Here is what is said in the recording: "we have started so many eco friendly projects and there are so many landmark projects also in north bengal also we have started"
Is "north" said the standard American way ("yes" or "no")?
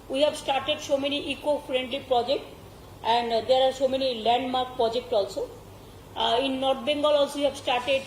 no